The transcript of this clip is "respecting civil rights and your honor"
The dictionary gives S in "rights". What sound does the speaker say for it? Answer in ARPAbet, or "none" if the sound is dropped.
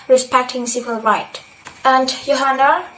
none